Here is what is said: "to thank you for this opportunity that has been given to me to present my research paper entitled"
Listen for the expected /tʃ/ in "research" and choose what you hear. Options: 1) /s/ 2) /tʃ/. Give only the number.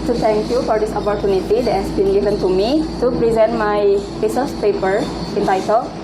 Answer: 1